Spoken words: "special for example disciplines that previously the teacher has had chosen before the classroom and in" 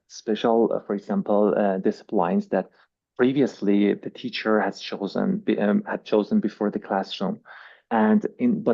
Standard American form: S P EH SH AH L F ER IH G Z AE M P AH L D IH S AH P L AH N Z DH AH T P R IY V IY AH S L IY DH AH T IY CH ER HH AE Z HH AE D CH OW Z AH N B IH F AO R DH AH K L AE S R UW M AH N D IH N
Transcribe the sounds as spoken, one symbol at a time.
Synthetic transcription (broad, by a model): S P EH SH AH L F ER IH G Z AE M P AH L D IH S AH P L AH N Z DH AH T P R IY V IY AH S L IY DH AH T IY CH ER HH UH Z HH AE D CH OW Z AH N B IH F AO R DH AH K L AE S R UW M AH N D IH N